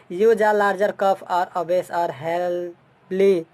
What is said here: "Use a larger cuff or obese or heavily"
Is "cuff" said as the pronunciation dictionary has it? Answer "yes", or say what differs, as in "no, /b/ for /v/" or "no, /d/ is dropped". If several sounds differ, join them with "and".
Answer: no, /p/ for /f/